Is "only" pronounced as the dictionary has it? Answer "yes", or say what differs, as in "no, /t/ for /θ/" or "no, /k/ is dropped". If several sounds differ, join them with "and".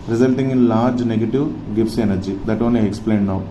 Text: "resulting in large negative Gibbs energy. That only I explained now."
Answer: yes